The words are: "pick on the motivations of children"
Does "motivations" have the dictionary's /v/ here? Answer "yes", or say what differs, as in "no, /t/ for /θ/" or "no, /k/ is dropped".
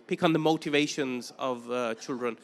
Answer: yes